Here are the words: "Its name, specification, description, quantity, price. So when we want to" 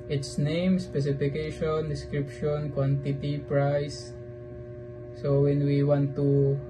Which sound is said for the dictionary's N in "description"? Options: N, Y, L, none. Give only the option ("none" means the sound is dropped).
N